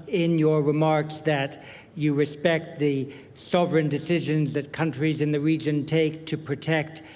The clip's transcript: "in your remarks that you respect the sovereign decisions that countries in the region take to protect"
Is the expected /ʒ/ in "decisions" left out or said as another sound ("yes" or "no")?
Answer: no